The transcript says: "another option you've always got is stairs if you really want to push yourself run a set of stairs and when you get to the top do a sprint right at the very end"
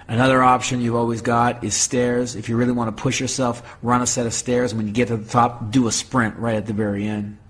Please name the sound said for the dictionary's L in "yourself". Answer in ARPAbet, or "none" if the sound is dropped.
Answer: L